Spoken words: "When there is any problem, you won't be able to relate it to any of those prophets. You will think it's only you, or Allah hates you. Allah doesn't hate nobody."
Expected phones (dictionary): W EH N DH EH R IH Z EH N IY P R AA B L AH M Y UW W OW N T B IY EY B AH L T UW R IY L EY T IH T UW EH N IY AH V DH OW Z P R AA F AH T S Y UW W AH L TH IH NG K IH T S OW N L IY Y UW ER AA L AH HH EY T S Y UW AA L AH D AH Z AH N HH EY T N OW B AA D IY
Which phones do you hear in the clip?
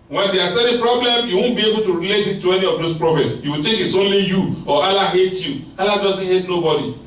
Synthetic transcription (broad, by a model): W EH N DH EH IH S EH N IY P R AA B L AH M Y UW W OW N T B IY EY B AH L T UW R IY L EY T IH T UW EH N IY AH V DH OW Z P R AA F AH T S Y UW W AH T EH K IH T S OW N L IY Y UW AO AA L AH HH EY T Y UW AA L AH D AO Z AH N HH EY T N OW B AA D IY